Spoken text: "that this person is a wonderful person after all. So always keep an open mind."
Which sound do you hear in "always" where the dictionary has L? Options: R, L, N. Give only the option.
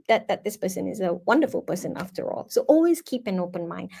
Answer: L